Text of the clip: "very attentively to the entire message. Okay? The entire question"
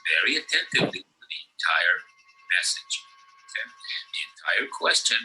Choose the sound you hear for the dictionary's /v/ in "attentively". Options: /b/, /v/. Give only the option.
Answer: /v/